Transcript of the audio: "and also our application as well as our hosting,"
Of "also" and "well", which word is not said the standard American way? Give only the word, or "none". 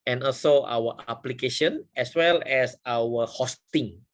none